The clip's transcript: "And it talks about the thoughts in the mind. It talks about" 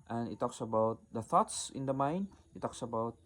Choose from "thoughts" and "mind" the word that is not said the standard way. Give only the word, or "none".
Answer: mind